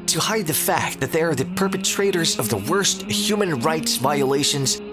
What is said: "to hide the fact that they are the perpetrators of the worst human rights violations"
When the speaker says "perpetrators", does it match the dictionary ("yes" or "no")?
yes